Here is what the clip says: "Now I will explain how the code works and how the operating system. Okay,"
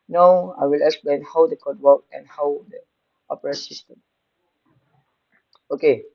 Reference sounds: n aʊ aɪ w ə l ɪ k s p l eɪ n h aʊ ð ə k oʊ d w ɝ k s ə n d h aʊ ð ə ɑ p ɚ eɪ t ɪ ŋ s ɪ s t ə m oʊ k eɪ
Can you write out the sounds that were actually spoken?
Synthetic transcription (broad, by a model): n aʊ aɪ w ə l ɪ k s p l eɪ n h aʊ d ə k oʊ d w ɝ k ə n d h aʊ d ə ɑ p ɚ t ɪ s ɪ s t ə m oʊ k eɪ